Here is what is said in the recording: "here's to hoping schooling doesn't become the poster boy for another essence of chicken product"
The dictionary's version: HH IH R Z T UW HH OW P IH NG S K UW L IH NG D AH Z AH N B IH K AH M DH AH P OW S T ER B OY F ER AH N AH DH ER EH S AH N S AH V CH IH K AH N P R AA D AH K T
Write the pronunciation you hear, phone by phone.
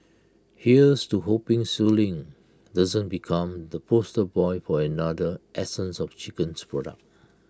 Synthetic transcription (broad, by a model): HH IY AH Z T UW HH OW P IH NG S UW L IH NG D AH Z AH N B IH K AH M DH AH P OW S T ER B OY F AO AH N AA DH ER EH S AH N S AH F CH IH K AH N P R AA D AH K T